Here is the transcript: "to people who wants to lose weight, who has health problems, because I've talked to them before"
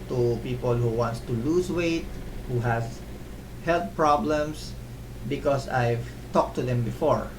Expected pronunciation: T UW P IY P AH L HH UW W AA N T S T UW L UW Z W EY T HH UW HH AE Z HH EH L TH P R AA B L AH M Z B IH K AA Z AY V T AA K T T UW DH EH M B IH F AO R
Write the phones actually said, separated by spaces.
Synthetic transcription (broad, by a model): T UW P IY P AH L HH UW W AA N T S T UW L UW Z W EY T HH UW HH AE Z HH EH L T P R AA B L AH M S B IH K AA S AY V T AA K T T UW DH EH M B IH F AO R